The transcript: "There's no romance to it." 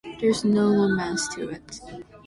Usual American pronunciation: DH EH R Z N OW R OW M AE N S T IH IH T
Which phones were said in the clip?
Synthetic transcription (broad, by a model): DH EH R Z N OW L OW M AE S T IH IH T